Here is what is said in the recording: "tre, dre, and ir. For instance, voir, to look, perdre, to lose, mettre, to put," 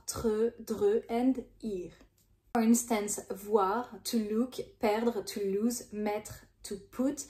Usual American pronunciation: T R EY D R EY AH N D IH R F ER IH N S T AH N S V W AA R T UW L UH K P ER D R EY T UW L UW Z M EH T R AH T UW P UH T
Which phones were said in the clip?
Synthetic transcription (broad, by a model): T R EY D R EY AH N D IH R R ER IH N S T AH N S V W AA R T UW L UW K P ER D R T UW L UW Z M EH T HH T UW P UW T